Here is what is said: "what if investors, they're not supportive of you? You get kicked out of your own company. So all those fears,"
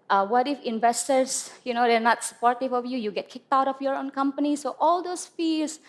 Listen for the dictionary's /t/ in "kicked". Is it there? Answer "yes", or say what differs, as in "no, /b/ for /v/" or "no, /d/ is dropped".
yes